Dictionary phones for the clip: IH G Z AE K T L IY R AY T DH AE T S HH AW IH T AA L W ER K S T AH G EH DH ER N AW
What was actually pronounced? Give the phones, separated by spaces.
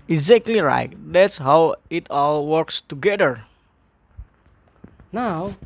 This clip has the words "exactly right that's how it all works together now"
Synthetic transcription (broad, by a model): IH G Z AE K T L IY R AY T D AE T S HH AW IH T AA L W ER K S T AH G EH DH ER N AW